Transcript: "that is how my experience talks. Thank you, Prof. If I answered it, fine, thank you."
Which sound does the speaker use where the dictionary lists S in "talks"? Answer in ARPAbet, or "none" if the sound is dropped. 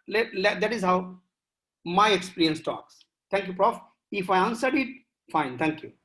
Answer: S